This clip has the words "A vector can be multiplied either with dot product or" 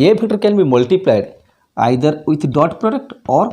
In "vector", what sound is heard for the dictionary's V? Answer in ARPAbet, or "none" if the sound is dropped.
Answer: B